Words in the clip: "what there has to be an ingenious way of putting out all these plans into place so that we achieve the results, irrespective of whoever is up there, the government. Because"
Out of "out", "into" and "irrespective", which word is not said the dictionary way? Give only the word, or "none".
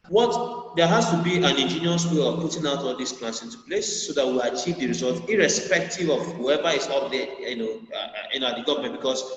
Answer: none